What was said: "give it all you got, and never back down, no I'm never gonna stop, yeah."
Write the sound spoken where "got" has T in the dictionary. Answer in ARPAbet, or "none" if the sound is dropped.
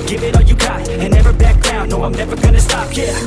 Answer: none